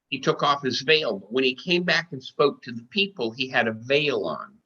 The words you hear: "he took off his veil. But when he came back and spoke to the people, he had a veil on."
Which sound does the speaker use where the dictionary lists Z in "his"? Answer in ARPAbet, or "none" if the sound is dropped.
Z